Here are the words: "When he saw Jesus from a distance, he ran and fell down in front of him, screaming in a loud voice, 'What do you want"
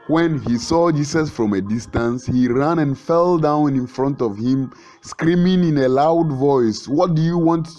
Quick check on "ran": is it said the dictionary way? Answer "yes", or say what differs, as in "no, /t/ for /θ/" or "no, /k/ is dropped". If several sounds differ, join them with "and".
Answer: yes